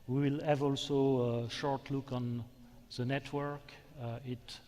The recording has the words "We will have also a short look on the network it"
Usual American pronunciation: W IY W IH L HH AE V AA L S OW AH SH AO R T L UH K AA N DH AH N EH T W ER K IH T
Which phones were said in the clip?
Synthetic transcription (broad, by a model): W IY W IH L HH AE V AA L S OW AH SH AO R T L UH K AA N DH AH N EH T W ER K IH T